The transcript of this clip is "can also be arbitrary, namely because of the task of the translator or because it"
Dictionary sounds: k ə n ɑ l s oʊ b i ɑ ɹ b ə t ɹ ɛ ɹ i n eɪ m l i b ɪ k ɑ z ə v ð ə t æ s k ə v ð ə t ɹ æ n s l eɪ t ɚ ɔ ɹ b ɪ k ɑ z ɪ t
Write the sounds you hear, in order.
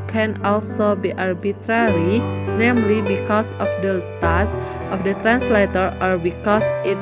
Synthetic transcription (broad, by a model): k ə n ɑ l s oʊ b i ɑ ɹ b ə t ɹ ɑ ɹ i n eɪ m l i b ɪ k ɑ s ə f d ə t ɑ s ə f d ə t ɹ æ n s l eɪ t ɚ ɔ ɹ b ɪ k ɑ s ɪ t